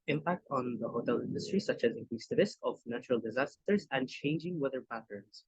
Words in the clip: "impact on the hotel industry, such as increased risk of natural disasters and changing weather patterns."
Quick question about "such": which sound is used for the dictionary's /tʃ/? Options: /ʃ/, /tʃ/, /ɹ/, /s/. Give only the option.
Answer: /tʃ/